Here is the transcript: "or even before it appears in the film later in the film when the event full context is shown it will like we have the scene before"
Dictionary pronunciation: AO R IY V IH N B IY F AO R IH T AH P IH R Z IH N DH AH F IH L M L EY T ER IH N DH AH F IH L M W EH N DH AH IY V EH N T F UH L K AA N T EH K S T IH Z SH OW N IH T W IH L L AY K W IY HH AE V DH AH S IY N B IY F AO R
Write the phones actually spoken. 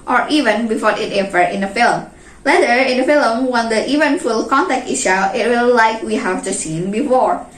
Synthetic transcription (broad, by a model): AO R IY V IH N B IY F AO R IH T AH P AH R IH N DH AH F IH L M L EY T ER IH N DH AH F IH L M W EH N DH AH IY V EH N F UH L K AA N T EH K T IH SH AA IH T W IH L L AY K W IY HH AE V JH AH S IY N B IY F AO R